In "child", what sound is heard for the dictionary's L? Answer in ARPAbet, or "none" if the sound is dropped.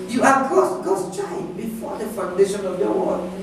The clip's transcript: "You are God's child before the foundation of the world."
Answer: none